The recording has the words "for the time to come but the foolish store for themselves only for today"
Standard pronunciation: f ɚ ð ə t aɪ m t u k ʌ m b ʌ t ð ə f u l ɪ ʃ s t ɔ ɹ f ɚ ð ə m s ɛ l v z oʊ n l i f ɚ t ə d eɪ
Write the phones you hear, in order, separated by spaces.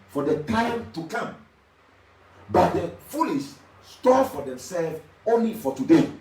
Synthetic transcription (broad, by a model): f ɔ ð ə t aɪ m t u k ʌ m b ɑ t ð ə f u l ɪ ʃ s t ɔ f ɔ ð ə m s ɛ l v oʊ n l i f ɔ t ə d eɪ